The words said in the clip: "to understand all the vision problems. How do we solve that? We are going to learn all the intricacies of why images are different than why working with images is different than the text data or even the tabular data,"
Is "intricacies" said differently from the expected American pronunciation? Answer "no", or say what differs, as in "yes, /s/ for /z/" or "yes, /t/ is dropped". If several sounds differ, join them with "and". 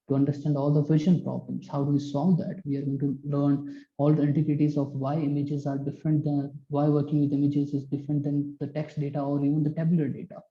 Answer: yes, /ɹ/ is dropped